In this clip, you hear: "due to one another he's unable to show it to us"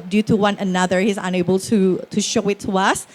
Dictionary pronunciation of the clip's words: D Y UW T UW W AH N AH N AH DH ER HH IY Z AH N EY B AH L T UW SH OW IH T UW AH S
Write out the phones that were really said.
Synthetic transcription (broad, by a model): D Y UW T UW W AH N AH N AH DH ER HH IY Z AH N EY B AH L T UW SH OW IH T UW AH S